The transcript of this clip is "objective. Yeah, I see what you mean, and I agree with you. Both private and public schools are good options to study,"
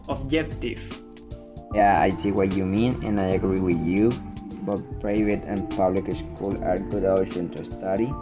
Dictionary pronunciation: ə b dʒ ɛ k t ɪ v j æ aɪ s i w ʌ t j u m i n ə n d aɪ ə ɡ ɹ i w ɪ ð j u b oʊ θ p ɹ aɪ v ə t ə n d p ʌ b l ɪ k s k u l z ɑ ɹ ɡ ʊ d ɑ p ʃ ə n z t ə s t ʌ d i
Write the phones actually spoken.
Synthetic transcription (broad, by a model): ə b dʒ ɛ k t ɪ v j æ aɪ s i w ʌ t j u m i n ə n aɪ ə ɡ ɹ i w ɪ ð j u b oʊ t p ɹ aɪ v ə t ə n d p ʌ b l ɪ k s k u l ɑ ɹ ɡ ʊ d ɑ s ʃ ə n t ə s t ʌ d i